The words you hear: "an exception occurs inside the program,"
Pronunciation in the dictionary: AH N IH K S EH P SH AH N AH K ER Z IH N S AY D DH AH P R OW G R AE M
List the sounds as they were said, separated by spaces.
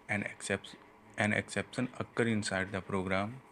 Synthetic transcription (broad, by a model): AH N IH K S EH P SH AH N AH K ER IH N S AY D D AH P R OW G R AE M